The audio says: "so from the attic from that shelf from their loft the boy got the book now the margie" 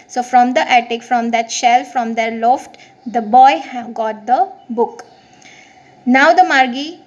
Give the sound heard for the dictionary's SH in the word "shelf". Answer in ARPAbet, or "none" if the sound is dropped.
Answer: SH